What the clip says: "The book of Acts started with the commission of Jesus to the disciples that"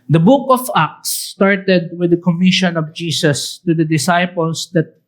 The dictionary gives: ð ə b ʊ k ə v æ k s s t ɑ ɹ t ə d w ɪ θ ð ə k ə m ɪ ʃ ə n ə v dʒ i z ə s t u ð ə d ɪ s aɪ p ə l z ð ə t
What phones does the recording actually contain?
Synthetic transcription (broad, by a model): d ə b ʊ k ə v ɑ k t s t ɑ ɹ t ə d w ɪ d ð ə k ə m ɪ ʃ ə n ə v dʒ i s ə s t u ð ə d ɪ s aɪ p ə l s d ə t